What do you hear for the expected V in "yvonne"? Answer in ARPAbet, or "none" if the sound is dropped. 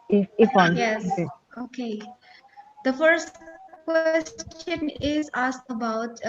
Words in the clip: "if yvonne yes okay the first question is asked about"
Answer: F